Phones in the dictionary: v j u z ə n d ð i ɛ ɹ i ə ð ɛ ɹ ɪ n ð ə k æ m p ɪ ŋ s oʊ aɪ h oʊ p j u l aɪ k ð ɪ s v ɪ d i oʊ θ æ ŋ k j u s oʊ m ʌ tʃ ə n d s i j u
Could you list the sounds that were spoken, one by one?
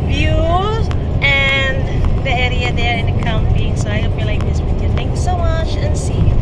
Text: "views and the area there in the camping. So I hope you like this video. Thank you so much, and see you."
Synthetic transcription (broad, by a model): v j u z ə n ð i ɛ ɹ i ə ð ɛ ɹ ɪ n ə k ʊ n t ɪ s oʊ aɪ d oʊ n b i l aɪ k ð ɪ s w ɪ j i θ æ ŋ k j u s oʊ m ʌ tʃ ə n s i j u